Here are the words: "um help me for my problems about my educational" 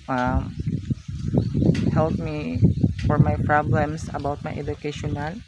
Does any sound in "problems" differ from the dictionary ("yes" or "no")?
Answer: yes